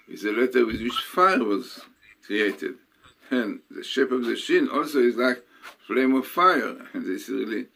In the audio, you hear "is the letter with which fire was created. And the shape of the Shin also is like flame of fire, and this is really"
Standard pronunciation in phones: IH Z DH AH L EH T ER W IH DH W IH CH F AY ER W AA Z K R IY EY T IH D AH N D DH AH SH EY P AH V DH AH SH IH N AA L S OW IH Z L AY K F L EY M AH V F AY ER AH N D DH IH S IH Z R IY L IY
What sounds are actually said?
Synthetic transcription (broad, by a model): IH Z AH L EH T ER W IH DH W IH CH F AY ER W AA Z K R IY EY T IH D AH N DH AH SH EY P AH V DH AH SH IH N AA L S OW IH Z L AY K F L EY M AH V F AY ER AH N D DH IH S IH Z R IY L IY